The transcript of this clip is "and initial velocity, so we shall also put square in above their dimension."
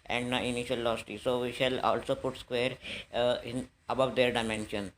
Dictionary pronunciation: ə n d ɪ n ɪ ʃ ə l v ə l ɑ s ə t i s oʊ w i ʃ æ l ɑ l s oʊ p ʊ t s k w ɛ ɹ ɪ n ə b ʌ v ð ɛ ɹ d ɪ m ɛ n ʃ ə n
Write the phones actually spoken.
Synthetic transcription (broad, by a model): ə n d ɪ ɪ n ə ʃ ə l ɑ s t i s oʊ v i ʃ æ l ɑ l s oʊ p ʊ t s k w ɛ ɹ ɪ n ə b ʌ v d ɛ ɹ d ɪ m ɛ n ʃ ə n